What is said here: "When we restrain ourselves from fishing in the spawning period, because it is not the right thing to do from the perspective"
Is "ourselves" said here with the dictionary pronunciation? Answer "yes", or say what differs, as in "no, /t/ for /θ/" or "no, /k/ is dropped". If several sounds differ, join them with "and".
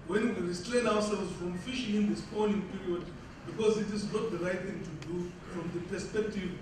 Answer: no, /w/ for /ɹ/